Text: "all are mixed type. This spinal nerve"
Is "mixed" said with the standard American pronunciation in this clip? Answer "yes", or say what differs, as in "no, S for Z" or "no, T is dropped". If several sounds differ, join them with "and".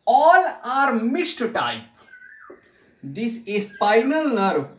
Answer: no, K is dropped